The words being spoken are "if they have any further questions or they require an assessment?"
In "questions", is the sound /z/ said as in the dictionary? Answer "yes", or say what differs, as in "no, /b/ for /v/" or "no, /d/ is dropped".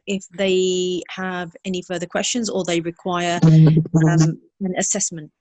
yes